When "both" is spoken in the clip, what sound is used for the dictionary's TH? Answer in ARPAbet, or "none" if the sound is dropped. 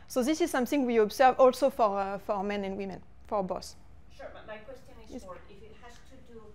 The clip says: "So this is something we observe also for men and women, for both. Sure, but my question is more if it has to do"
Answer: S